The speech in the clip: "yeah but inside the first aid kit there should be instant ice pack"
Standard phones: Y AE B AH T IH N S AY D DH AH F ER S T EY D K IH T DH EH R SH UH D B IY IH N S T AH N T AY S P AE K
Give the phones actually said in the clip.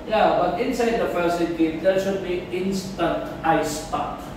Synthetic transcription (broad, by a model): Y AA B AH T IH N S AY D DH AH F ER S EY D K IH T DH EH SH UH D B IY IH N S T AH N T AY S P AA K